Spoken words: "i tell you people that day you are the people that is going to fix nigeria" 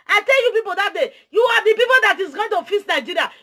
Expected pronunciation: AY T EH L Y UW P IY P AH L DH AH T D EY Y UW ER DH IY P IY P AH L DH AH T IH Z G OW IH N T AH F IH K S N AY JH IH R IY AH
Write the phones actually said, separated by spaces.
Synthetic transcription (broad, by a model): AY T EH L Y UW P IY P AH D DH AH T D EY Y UW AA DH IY P IY P AH L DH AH T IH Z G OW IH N T AH F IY S N AY JH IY R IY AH